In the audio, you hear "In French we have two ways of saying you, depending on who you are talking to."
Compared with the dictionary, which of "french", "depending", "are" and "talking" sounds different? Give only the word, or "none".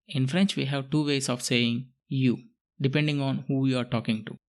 none